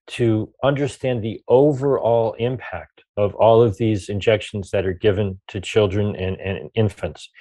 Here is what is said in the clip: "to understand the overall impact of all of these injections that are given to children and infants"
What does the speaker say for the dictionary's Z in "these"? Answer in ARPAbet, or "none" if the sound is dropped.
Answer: Z